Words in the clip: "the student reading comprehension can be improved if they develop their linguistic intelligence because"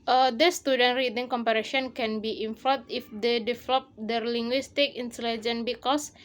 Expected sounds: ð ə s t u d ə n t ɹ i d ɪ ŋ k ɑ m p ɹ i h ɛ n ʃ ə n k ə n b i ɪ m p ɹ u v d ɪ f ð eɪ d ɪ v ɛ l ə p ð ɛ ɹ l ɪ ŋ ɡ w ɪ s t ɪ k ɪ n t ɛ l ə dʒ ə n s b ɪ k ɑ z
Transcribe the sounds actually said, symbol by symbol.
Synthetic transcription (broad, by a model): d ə s t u d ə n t ɹ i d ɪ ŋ k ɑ m p i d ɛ ʃ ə n k ə n b i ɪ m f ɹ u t ɪ f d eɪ d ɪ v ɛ l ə p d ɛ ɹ l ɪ ŋ ɡ w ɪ s t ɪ k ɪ n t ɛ l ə dʒ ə n b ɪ k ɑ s